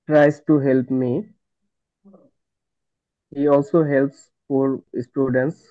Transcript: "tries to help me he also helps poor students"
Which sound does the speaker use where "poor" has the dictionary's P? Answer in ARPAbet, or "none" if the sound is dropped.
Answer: F